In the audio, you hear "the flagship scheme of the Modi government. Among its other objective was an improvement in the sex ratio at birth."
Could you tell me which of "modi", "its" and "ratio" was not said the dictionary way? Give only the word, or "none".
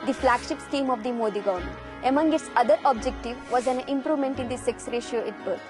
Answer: none